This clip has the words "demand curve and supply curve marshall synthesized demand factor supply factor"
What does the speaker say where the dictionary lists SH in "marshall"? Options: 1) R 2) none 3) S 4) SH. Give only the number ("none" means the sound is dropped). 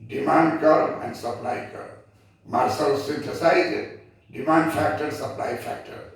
3